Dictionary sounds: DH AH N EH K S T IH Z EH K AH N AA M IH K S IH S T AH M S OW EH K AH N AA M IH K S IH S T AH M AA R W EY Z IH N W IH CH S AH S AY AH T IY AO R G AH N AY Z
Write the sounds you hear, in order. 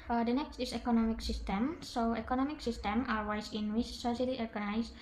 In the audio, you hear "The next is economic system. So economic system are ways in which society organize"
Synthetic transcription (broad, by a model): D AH N EH K S T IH S EH K AH N AA M IH K S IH S T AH M S OW EH K AH N AA M IH K S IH S T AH M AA L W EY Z IH N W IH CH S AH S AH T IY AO R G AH N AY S